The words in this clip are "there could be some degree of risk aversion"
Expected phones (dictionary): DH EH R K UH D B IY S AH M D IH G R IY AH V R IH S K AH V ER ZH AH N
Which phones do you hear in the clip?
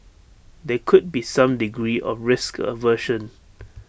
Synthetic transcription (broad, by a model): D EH K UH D B IY S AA M D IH G R IY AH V R IH S K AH V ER SH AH N